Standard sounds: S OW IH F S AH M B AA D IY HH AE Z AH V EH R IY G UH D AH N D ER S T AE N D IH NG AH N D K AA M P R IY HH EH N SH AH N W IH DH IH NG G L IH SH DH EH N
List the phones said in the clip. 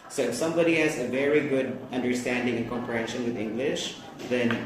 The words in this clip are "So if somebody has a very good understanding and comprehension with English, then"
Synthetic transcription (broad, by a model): S OW IH F S AH M B AA D IY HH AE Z AH V EH R IY G UH D AH N D ER S T AE N D IH NG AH N K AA M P IY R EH SH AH N W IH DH IH NG G L IH SH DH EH N